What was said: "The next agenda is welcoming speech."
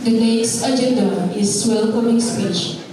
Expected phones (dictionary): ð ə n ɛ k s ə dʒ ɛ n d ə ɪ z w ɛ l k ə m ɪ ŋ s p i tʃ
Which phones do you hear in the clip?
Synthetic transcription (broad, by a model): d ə l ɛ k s ə dʒ ɛ n d ə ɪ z w ɛ l k ə m ɪ ŋ s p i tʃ